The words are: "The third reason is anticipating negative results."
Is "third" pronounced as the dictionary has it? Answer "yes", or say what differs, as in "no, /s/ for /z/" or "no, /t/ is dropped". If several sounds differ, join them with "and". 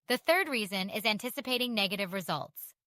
yes